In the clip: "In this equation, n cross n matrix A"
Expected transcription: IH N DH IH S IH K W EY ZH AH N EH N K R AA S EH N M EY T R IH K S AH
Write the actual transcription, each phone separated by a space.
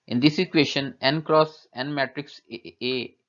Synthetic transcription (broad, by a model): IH N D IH S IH K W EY SH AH N EH N K R AA S EH N M EY T R IH K S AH